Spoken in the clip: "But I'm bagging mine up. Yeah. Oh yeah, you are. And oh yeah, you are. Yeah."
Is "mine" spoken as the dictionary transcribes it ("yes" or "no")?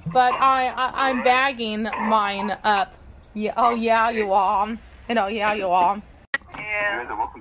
yes